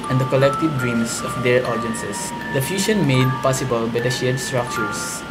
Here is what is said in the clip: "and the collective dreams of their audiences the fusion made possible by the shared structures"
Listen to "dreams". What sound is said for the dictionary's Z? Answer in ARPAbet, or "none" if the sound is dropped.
S